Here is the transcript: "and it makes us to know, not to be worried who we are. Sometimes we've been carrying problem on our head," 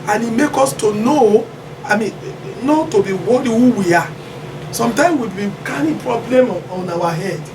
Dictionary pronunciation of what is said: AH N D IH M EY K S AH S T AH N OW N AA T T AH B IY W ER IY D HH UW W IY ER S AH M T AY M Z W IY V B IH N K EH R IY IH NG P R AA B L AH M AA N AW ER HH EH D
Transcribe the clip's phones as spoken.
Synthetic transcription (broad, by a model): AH N IH M EY K AO S T AH N OW N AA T T AH B IY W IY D HH UW W IY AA S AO M T AY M S W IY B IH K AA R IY P R AA B L AH M AA N AW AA HH EH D